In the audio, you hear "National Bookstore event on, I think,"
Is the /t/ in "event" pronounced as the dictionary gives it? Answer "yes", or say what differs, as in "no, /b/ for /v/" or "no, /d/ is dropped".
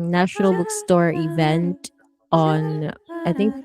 yes